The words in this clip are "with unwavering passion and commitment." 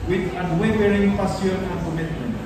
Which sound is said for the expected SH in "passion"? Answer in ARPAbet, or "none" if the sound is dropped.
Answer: S